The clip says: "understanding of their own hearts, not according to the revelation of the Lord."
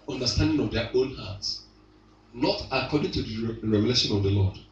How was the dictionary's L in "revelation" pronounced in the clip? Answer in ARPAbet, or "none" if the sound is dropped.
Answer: L